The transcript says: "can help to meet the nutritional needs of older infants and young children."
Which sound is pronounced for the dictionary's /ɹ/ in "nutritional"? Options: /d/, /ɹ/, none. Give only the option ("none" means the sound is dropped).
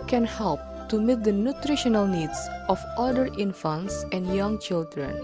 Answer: /ɹ/